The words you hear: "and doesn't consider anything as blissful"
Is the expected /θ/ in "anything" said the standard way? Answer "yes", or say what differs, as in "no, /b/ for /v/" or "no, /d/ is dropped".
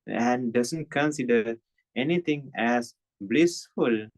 no, /t/ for /θ/